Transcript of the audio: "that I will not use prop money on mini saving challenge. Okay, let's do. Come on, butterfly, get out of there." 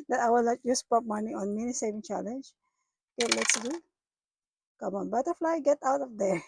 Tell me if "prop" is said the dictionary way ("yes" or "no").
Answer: no